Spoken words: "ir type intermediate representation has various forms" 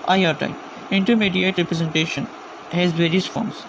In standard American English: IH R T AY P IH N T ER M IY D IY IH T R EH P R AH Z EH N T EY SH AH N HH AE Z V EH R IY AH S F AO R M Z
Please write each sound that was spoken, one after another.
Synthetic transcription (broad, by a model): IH R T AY IH N T ER M IY D IY IH T R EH P R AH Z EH N T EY SH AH N HH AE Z V EH R IY AH S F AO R M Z